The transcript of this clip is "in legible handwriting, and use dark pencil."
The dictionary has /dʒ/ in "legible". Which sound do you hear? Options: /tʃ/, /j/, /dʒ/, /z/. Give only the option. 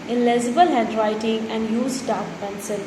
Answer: /z/